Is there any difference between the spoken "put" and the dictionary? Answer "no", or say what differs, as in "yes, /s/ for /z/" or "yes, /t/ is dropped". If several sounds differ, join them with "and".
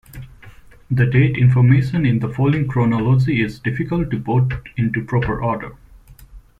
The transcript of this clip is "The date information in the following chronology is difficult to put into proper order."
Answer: yes, /b/ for /p/